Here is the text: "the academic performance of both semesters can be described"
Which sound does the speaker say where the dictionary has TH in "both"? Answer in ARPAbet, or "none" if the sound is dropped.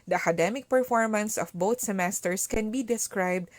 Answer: T